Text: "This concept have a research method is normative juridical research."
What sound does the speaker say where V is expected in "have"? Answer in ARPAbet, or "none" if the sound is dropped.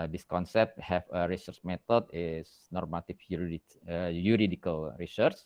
F